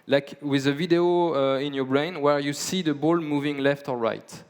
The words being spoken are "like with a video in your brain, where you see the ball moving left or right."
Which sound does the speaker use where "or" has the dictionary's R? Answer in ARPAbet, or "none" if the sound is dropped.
L